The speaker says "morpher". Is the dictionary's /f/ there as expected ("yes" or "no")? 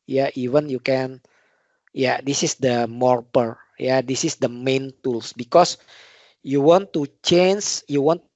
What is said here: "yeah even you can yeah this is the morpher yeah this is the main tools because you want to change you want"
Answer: no